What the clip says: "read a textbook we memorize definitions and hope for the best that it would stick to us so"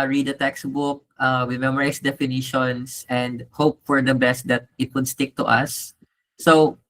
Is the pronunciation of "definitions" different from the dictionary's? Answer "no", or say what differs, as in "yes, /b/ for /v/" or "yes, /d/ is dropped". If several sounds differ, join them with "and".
yes, /s/ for /z/